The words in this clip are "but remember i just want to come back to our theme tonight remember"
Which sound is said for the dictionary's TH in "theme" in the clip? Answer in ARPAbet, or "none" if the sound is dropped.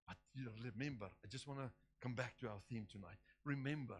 TH